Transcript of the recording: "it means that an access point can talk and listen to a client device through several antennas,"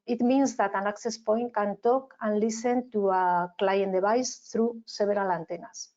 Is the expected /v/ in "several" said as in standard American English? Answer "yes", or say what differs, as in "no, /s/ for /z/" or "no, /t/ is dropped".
no, /b/ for /v/